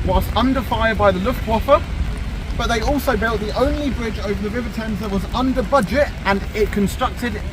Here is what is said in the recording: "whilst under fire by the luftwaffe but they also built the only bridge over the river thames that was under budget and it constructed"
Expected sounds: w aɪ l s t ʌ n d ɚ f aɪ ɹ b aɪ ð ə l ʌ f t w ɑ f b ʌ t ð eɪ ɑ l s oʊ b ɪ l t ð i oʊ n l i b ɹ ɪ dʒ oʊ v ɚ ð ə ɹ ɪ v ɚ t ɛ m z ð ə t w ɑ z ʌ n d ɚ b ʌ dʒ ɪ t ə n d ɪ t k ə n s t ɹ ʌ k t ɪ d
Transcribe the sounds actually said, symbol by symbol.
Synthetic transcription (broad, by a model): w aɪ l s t ʌ n d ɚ f aɪ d b aɪ ð ə l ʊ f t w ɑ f b ʌ t ð eɪ ɑ l s oʊ b ɪ l t ð i oʊ n l i b ɹ ɪ dʒ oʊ v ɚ ð ə ɹ ɪ v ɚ t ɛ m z ð ə t w ɑ z ʌ n d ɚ b ʌ dʒ ɪ t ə n ɪ t k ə n s t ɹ ʌ k t ɪ d